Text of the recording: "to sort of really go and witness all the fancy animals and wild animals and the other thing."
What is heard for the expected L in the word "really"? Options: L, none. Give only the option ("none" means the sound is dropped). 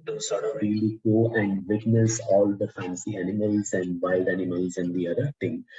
L